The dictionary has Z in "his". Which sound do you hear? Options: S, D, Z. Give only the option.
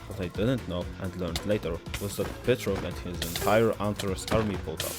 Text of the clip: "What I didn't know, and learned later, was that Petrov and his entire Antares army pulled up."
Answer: Z